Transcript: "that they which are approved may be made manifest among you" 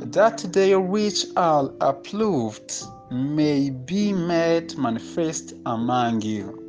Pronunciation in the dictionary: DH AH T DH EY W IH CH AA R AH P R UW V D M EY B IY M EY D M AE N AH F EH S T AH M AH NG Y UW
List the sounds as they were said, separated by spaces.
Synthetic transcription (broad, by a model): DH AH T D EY W IH CH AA L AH P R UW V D M EY B IY M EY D M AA N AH F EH S T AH M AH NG Y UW